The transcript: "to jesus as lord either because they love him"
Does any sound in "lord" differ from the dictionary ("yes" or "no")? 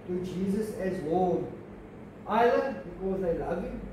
yes